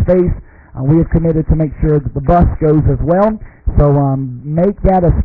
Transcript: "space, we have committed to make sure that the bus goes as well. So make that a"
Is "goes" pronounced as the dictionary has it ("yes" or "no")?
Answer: yes